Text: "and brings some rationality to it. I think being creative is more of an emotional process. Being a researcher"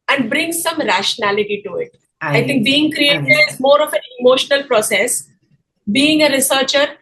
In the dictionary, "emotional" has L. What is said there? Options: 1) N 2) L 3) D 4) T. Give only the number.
2